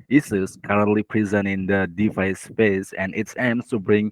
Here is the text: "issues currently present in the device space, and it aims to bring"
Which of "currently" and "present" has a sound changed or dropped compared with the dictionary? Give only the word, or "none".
present